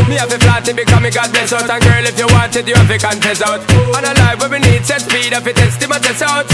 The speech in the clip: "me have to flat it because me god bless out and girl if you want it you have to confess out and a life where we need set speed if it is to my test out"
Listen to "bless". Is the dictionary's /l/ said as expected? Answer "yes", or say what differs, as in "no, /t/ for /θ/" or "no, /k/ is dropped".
no, /l/ is dropped